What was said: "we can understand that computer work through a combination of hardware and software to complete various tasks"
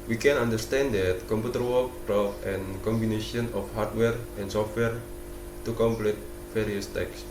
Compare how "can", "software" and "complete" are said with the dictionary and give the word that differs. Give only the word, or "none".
none